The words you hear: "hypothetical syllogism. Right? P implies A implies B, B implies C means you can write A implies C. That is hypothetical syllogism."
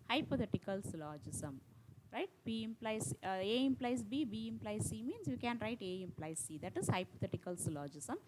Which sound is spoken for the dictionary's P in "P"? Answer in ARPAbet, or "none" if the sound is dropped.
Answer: B